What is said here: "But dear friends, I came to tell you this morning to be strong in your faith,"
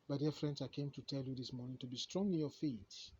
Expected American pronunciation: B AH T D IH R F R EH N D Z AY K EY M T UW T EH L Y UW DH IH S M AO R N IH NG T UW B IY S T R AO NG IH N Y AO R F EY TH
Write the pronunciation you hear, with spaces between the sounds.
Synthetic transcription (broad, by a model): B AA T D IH F R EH N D S AY K EY M T UW T EH L Y UW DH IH S M AO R N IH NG T UW B IY S T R AO NG IH N Y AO F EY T